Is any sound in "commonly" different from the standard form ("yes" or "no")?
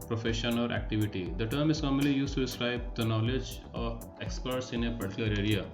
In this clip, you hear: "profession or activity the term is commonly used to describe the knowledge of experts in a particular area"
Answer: yes